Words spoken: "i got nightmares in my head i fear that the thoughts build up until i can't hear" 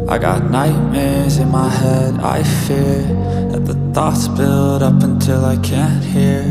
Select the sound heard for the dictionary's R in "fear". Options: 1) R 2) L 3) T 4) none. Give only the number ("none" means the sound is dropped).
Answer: 1